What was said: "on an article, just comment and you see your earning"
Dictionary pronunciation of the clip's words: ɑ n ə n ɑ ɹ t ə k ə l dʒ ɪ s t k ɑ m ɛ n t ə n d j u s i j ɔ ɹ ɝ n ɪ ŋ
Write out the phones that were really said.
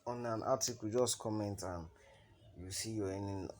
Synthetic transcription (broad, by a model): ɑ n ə n ɑ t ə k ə dʒ ɪ s t k ɑ m ɛ n t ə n j u s i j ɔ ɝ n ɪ